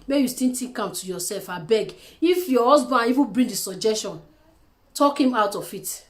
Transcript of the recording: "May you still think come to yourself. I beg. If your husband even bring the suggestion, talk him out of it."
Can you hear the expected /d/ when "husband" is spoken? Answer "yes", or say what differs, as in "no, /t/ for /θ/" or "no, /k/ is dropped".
no, /d/ is dropped